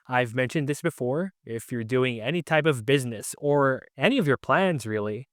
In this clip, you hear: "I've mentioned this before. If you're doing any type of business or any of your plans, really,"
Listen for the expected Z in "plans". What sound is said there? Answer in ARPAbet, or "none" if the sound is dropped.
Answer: Z